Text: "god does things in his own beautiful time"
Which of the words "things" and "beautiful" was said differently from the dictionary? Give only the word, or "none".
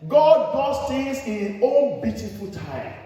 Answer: things